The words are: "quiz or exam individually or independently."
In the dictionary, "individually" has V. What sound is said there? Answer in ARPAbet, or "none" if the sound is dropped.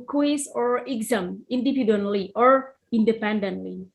P